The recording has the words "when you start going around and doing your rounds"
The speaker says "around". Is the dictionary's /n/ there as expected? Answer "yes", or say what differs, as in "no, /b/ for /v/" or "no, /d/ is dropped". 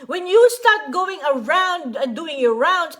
no, /n/ is dropped